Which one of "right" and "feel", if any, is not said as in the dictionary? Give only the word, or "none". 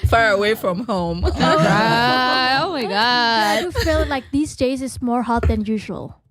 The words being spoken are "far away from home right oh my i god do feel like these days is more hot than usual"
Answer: right